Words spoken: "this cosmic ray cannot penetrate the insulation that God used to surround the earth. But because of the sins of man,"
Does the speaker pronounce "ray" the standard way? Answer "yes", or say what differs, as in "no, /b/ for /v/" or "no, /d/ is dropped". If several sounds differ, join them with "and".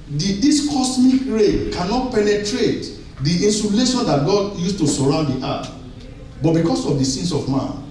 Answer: yes